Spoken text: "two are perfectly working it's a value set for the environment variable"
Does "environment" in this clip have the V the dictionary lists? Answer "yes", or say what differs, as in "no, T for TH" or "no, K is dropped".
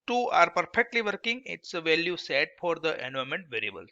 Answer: no, V is dropped